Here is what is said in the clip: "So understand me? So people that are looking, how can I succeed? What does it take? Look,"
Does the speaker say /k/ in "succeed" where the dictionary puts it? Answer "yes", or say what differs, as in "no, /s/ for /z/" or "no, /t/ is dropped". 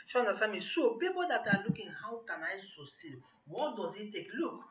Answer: no, /k/ is dropped